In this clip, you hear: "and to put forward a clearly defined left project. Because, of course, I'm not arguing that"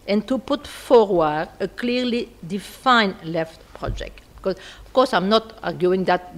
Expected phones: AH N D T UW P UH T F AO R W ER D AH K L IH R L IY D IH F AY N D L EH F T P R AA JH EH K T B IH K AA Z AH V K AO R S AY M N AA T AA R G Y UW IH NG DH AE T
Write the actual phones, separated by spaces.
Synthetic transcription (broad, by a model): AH N T UW P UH T F AO R W ER D AH K L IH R L IY D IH F AY N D L EH F T P R AA JH EH K T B K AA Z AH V K AO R S AY M N AA T AA R G Y UW IH NG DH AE T